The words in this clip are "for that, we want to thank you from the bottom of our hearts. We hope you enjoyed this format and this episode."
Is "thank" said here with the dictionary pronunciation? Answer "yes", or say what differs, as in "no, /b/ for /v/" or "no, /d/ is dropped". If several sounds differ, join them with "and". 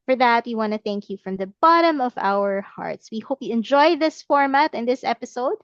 yes